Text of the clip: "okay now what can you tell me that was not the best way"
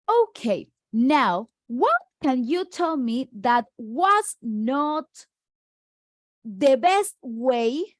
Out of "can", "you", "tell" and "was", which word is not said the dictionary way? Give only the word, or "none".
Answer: was